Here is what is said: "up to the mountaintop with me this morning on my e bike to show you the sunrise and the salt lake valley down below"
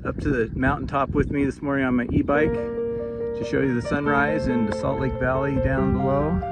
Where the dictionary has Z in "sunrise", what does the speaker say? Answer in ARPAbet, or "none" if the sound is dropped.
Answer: Z